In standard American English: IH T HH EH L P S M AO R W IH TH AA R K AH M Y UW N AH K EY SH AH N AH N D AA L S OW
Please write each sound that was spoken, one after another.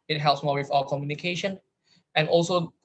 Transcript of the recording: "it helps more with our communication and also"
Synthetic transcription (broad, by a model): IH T HH EH L P S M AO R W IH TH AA L K AH M Y UW N AH K EY SH AH N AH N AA L S OW